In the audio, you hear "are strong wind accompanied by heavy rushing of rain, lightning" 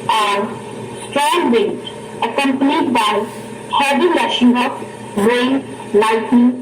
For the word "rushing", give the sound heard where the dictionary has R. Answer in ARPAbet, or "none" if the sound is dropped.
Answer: L